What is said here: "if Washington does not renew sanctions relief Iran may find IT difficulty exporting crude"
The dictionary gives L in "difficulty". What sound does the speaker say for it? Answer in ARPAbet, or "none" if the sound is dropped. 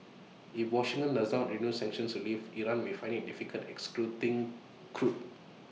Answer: none